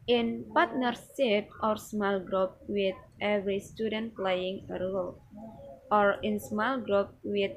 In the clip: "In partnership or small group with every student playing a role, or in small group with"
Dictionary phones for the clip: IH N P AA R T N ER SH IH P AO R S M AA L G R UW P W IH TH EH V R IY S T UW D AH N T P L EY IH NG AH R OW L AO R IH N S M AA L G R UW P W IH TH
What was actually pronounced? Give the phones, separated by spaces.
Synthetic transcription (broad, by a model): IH N P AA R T N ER S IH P AO R S M AA L G R UW P W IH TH EH V R IY S T UW D AH N T P L EY IH NG AH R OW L AO R IH N S M AA L G R UW P W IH